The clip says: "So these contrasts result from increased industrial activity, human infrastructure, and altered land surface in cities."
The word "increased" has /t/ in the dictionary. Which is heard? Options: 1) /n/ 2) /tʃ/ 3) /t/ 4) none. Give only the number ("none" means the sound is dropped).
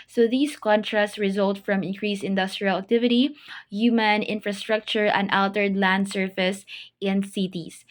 4